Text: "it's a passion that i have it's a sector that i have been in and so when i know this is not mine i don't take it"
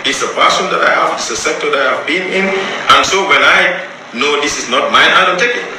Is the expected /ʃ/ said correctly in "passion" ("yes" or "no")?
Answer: no